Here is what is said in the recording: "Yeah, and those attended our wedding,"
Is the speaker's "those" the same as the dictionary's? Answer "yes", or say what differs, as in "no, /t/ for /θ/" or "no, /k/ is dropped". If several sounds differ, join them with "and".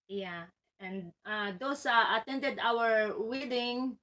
no, /s/ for /z/